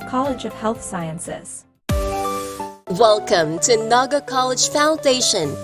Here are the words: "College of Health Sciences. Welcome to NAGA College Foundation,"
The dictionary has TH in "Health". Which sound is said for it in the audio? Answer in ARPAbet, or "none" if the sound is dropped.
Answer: TH